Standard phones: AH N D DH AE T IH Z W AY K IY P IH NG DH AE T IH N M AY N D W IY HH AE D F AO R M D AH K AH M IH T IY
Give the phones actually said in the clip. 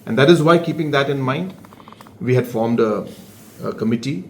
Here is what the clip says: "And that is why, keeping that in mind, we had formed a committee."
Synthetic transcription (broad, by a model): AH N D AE T IH Z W AY K IY P IH NG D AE T IH N M AY N D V IY HH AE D F AO R M D AH K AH M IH T IY